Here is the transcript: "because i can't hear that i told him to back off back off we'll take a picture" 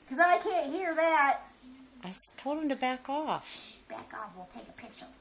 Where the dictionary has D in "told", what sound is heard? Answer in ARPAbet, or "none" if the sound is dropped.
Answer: none